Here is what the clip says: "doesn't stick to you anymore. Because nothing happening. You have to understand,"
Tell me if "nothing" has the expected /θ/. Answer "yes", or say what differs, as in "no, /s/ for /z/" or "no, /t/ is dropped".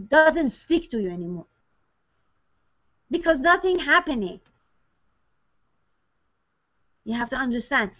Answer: yes